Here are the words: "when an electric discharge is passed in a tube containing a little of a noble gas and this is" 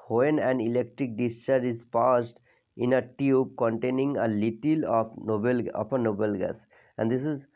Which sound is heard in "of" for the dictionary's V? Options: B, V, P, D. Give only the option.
P